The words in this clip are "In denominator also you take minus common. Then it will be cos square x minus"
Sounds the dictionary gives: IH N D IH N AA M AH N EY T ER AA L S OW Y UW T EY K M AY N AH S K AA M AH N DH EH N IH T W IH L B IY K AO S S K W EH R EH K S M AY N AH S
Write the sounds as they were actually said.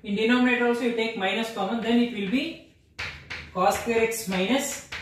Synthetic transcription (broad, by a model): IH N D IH N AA M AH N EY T AA L S OW Y UW T EY K M AY N AH S K AA M AH N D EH N IH T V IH L B IY K AO S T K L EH R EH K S M AY N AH S